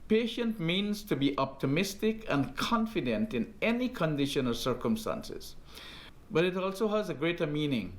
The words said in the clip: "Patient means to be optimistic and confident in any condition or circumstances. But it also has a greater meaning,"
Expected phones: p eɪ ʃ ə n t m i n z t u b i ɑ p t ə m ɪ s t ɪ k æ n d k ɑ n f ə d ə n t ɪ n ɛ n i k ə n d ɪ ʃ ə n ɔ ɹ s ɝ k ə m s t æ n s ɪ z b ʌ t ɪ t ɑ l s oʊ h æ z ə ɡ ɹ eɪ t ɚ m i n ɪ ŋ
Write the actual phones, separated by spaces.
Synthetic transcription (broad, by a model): p eɪ ʃ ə n t m i n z t u b i ɑ p t ə m ɪ s t ɪ k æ n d k ɑ n f ə d ə n t ɪ n ɛ n i k ə n d ɪ ʃ ə n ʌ l s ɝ k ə m s t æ n s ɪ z b ʌ t ɪ t ɑ l s oʊ h æ z ə ɡ ɹ eɪ t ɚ m i n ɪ ŋ